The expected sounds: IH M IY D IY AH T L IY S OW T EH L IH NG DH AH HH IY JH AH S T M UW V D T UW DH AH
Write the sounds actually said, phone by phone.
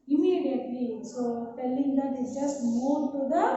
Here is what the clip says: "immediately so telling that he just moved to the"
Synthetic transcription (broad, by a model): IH M IY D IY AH T L IY S OW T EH L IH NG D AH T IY JH AH S T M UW D T UW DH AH